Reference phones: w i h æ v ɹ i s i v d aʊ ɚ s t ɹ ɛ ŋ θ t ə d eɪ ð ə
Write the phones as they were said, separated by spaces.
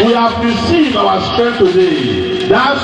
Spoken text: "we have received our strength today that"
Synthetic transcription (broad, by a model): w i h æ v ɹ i s i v aʊ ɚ s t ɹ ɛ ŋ t ə d eɪ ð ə